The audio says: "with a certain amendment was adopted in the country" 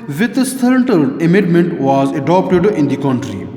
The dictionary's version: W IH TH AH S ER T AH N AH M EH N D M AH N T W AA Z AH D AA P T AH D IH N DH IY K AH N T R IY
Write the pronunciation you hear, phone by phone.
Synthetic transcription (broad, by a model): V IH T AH S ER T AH L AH M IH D M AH N T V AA Z AH D AA P T AH D IH N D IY K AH N T R IY